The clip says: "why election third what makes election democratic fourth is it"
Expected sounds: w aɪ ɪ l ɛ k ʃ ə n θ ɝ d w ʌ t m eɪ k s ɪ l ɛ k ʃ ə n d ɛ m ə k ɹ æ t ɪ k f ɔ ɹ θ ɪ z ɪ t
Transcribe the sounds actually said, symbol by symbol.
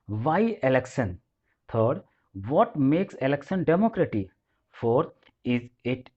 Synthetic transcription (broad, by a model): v aɪ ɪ l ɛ k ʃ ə n t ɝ d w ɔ t m eɪ k s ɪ l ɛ k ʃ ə n d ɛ m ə k ɹ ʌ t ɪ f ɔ ɹ t ɪ z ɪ t